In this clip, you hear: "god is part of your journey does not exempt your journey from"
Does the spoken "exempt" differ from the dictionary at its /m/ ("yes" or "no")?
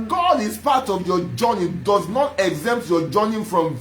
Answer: no